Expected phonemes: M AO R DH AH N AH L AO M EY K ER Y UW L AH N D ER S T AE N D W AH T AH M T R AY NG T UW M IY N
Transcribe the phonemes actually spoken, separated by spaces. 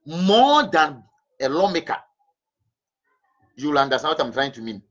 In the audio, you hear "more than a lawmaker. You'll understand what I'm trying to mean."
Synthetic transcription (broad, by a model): M AO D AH N AH L AO M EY K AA Y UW L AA N D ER S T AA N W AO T AH M T R AY NG T UW M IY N